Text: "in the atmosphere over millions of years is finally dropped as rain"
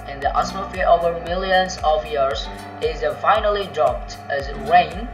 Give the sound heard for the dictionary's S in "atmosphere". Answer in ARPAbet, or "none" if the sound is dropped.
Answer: none